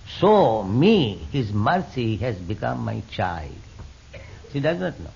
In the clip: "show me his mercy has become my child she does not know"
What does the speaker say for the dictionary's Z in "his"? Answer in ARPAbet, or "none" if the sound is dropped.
Z